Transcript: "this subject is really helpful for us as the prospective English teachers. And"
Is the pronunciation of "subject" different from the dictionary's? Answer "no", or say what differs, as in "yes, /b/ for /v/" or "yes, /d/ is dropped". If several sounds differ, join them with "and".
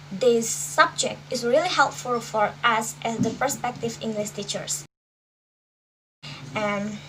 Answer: no